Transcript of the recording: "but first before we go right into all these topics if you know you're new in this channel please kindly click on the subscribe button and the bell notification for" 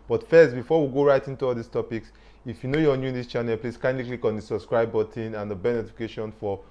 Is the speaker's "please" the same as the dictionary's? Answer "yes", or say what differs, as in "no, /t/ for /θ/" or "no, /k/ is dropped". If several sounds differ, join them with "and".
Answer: no, /s/ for /z/